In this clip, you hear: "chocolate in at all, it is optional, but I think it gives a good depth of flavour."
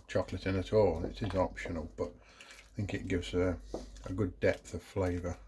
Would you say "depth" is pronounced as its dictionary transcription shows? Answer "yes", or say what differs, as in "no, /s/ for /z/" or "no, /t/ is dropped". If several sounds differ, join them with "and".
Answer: yes